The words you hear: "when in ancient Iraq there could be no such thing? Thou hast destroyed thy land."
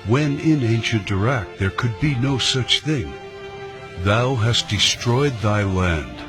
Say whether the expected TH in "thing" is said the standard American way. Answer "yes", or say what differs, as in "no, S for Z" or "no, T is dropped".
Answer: yes